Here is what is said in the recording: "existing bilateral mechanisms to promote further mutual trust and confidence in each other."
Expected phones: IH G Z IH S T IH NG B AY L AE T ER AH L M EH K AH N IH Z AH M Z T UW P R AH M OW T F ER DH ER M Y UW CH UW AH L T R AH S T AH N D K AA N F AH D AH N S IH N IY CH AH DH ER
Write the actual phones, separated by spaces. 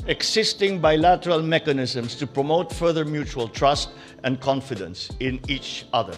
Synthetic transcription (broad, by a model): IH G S IH S T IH NG B AY L AE T ER AH L M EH K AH N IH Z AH M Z T UW P R AH M OW T F ER DH ER M Y UW CH UW AH L T R AH S T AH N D K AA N F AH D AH N S IH N IY CH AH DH ER